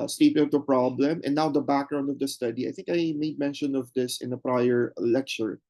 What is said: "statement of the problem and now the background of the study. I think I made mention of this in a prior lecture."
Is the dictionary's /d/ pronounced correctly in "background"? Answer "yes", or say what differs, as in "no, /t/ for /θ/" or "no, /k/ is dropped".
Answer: yes